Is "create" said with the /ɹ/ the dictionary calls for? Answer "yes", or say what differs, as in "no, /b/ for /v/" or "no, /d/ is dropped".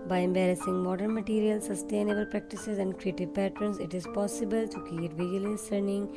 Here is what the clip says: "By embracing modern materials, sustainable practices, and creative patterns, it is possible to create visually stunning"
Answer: no, /ɹ/ is dropped